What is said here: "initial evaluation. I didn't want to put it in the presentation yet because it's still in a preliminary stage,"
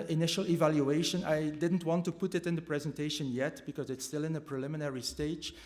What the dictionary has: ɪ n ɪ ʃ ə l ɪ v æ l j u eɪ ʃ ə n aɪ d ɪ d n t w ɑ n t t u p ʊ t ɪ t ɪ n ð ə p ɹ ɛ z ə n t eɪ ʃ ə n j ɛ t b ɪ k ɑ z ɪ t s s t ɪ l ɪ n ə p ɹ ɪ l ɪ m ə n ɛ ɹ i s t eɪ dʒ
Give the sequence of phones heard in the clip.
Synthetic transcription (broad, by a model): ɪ n ɪ ʃ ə l ɪ v æ l j u eɪ ʃ ə n aɪ d ɪ d n t w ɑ n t t u p ʊ t ɪ t ɪ n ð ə p ɹ ɛ z ə n t eɪ ʃ ə n j ɛ t b ɪ k ɑ z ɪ t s s t ɪ l ɪ n ə p ɹ ɪ l ɪ m ə n ɛ ɹ i s t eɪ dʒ